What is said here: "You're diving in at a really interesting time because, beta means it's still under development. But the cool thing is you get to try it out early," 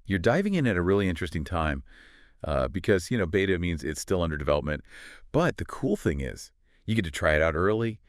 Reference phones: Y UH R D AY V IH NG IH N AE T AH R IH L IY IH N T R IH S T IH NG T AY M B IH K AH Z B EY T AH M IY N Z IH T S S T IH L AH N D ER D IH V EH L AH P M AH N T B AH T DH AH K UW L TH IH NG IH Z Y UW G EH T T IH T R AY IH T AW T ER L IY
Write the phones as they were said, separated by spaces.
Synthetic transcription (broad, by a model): Y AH R D AY V IH NG IH N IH T AH R IH L IY IH N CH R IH S T IH NG T AY M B IH K AH Z B EY T AH M IY N Z IH T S S T IH L AH N D ER D IH V EH L AH P M AH N T B AH T DH AH K UW L TH IH NG IH Z Y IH G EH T T IH T R AY IH T AW T ER L IY